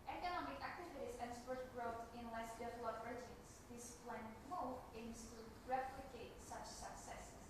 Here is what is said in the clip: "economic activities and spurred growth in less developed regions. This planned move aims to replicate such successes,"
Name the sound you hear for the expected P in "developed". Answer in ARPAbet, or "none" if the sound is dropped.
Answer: none